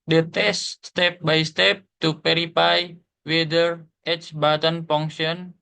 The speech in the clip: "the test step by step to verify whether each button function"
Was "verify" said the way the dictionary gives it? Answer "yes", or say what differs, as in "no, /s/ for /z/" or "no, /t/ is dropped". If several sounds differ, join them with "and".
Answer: no, /p/ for /v/